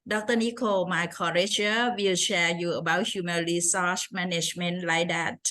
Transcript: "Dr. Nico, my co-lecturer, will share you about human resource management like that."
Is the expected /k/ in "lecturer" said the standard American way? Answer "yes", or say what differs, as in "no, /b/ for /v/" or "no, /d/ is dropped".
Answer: no, /k/ is dropped